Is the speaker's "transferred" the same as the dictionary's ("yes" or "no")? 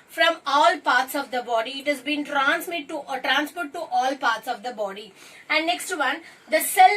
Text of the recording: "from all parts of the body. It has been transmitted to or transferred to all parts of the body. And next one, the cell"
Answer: no